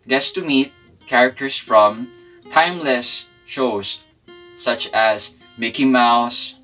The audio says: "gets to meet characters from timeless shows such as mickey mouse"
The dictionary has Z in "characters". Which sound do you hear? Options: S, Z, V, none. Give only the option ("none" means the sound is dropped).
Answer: S